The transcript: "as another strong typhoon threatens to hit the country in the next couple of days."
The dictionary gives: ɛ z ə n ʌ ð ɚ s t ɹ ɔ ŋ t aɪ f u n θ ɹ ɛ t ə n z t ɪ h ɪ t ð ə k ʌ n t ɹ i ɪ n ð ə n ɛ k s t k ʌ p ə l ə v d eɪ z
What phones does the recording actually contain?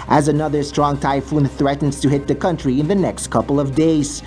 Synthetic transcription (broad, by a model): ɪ z ə n ʌ ð ɚ s t ɹ ɔ ŋ t aɪ f u n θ ɹ ɛ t n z t ɪ h ɪ t ð ə k ʌ n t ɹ i ɪ n ð ə n ɛ k s t k ʌ p l ə v d eɪ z